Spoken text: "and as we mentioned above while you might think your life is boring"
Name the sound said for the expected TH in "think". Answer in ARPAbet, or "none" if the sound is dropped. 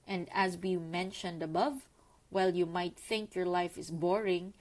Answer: TH